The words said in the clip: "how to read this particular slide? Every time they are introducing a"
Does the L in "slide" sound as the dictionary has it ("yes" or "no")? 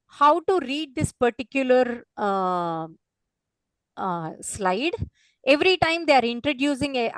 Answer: yes